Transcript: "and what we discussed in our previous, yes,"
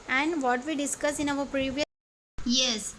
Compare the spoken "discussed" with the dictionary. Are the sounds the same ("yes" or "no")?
no